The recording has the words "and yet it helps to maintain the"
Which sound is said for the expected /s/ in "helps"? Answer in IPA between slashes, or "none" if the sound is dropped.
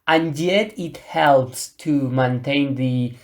/s/